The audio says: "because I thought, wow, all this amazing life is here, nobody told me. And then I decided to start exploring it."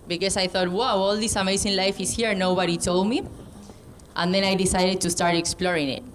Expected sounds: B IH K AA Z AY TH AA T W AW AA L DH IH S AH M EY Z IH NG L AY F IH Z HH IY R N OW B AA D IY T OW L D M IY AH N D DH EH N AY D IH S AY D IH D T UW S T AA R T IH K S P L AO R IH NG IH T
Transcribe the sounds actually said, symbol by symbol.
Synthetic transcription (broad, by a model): B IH K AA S AY TH AA T W AW AA L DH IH S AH M EY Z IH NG L AY F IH S HH IY R N OW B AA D IY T OW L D M IY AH N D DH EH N AY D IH S AY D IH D T UW S T AA R T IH K S P L AO R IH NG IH T